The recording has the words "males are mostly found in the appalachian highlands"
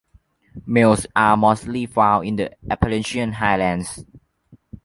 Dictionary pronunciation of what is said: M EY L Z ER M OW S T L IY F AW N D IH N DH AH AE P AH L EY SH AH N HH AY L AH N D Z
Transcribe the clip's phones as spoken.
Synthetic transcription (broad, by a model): M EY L S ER M OW S T L IY F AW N IH N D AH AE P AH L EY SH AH N HH AY L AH N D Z